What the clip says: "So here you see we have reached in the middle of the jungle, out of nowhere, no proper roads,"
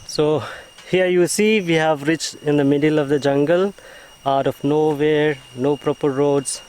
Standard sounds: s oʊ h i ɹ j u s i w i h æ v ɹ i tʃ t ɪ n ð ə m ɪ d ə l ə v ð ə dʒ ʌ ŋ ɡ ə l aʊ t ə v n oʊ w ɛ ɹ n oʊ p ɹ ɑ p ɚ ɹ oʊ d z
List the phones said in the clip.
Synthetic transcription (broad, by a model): s oʊ h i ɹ j u s i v i h æ v ɹ i tʃ t ɪ n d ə m ɪ d ə l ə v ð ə dʒ ʌ ŋ ɡ ə l aʊ t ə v n oʊ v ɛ ɹ n oʊ p ɹ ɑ p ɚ ɹ oʊ d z